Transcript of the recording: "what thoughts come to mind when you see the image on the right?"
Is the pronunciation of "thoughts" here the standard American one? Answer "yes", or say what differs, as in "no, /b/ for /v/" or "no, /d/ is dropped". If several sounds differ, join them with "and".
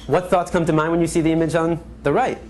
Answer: yes